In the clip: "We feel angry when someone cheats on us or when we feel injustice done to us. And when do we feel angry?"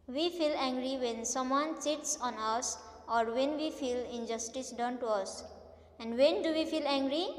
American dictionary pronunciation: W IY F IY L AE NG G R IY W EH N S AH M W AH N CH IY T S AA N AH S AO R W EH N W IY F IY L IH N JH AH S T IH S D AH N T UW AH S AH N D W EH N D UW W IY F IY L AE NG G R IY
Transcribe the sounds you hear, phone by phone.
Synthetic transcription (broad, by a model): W IY F IY L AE NG G R IY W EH N S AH M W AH N S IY T S AA N AH S AO R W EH N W IY F IY L IH N JH AH S T IH S D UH N T UW AH S AH N D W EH N D UW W IY F IY L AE NG G R IY